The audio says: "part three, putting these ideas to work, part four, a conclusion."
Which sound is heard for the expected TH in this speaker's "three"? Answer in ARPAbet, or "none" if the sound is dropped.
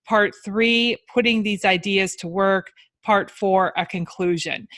TH